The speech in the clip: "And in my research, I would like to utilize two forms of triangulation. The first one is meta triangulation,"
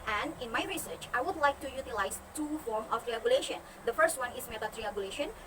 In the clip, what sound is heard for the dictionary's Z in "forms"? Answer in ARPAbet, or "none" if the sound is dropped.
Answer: none